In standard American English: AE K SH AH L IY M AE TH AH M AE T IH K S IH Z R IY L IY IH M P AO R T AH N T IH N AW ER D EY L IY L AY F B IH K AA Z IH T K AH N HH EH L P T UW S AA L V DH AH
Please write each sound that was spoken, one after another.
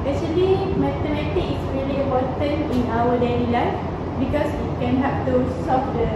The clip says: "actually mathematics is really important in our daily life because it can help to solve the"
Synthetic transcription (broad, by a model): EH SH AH L IY M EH T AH M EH T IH K IH S R IY L IY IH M P AO T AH N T IH N AW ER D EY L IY L AY F B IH K AA S IH T K AH N HH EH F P T UW S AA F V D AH